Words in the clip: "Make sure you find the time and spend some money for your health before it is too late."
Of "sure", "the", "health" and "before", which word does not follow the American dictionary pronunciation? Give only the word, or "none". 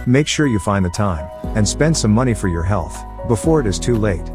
none